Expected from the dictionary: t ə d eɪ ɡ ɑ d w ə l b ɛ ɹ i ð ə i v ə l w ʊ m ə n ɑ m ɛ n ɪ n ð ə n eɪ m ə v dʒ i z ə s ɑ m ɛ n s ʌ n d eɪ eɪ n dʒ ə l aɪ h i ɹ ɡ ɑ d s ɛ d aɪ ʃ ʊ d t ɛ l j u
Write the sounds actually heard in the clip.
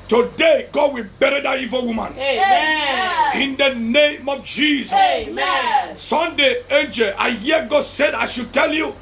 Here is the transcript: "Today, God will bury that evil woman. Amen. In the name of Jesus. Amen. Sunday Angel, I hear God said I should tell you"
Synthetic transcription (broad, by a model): t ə d eɪ ɡ ɑ d w ə l b ɛ ɹ i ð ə i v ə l w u m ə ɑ n ɪ n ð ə n eɪ m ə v dʒ i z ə s s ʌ n d eɪ eɪ n dʒ ə l aɪ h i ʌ ɡ ɑ d s ɛ d aɪ ʃ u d t ɛ l j u